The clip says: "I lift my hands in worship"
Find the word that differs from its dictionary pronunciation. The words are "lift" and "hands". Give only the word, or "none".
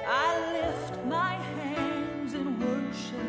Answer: none